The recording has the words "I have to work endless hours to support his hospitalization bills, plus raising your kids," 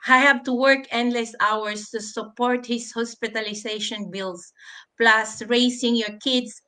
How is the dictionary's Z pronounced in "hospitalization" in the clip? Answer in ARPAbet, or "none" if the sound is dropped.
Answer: S